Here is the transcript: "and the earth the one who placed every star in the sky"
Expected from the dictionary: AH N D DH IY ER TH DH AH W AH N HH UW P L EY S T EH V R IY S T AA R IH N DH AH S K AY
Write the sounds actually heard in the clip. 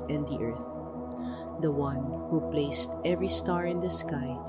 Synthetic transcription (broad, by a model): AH N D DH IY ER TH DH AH W AH N HH UW P L EY S T EH V R IY S T AA R IH N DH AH S K AY